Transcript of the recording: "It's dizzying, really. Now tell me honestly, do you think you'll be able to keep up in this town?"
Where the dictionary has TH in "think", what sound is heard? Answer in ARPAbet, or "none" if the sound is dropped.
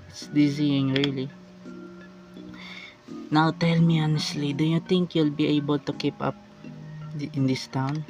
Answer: T